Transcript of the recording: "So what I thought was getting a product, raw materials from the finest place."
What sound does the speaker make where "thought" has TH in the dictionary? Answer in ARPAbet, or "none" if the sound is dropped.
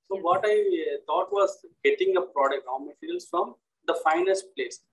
T